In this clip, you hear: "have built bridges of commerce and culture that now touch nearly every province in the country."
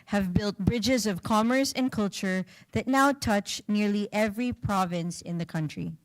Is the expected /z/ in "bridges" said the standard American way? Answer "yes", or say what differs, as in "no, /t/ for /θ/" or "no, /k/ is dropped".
yes